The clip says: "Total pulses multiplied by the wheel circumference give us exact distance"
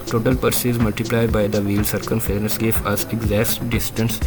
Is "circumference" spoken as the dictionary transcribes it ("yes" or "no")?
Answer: no